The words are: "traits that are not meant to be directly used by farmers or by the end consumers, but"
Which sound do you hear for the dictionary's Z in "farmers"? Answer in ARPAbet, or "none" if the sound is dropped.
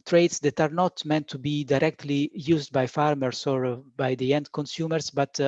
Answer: S